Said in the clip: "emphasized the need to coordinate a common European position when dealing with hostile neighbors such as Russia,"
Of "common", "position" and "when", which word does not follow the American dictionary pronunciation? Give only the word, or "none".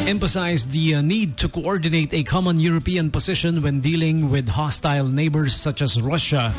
position